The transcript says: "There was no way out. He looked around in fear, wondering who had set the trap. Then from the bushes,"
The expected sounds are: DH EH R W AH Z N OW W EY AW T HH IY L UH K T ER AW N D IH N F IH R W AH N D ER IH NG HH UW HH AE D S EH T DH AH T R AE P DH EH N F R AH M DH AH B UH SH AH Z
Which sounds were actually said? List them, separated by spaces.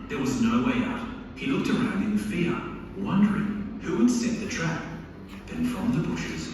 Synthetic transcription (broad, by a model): DH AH R W AH Z N OW W EY AW T HH IY L UH K T ER AW N D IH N F IH R W AH N D ER IH NG HH UW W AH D S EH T DH AH T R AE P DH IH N F R AH M DH AH B UH SH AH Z